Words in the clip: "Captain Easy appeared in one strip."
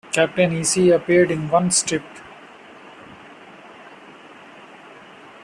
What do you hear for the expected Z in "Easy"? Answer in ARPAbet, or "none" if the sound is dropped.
S